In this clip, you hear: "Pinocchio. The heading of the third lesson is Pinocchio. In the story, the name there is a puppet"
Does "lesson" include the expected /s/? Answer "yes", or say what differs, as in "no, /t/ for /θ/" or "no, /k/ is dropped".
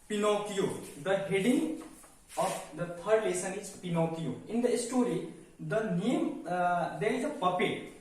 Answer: yes